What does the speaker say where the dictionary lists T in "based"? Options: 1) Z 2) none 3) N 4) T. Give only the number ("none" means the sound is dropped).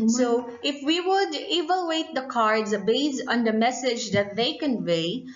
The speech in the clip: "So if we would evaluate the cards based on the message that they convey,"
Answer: 2